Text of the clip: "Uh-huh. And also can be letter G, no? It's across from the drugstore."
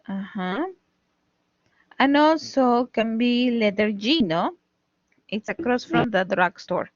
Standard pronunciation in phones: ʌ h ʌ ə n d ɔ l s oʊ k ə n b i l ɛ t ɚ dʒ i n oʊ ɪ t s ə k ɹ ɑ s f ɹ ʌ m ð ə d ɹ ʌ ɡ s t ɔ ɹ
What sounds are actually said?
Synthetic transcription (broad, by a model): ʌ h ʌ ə n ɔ s oʊ k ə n b i l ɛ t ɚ dʒ i n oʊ ɪ t s ə k ɹ ɑ s f ɹ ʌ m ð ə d ɹ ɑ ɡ s t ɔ ɹ